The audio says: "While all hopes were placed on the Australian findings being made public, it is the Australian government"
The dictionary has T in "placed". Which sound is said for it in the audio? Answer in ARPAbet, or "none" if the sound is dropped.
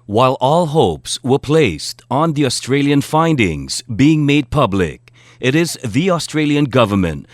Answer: T